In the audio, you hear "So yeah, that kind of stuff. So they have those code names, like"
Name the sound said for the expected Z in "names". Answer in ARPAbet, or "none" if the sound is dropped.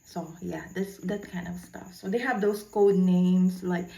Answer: S